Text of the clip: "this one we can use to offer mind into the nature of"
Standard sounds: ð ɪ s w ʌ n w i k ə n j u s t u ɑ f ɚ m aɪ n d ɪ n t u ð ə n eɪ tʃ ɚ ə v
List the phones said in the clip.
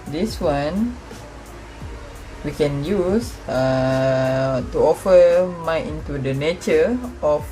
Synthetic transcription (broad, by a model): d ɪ s w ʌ n w i k ə n j u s t u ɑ f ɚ m aɪ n ɪ n t u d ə n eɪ tʃ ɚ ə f